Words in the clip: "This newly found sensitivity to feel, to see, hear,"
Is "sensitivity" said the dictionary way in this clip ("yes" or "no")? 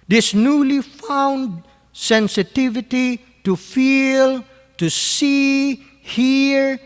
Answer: yes